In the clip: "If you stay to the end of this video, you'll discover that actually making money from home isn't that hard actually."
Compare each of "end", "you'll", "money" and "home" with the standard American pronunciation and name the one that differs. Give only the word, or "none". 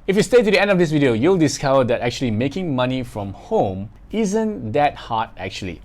none